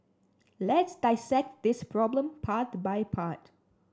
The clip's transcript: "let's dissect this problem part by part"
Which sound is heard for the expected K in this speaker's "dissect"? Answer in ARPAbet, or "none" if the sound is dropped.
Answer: K